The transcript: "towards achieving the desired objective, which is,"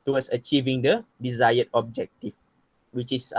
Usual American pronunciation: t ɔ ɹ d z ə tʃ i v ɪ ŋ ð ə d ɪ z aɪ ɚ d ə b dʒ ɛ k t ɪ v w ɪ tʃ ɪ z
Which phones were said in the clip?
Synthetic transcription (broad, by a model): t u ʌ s ə tʃ i v ɪ ŋ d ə d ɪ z aɪ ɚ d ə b dʒ ɛ k t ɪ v w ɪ tʃ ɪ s